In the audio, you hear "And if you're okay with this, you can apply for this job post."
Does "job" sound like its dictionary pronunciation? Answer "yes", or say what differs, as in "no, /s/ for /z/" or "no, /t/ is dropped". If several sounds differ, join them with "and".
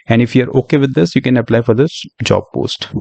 yes